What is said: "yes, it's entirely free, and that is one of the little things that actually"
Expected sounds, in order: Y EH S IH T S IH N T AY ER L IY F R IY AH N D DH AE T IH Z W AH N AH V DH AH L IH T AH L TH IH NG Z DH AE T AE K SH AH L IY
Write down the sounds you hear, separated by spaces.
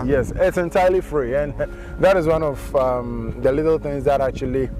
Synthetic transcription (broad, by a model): Y EH S IH T S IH N T AY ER L IY F R IY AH N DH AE T IH Z W AH N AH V DH AH L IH T L TH IH NG Z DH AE T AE K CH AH L IY